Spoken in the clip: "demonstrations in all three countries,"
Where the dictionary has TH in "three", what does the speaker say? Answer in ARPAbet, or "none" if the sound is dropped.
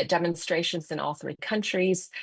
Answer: TH